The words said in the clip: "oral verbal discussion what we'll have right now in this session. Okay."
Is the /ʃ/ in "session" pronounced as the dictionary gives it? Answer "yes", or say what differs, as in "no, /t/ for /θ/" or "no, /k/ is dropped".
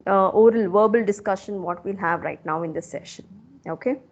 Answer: yes